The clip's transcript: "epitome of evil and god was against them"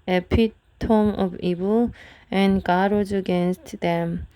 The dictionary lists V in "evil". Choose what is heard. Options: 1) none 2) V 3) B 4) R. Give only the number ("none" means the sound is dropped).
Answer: 3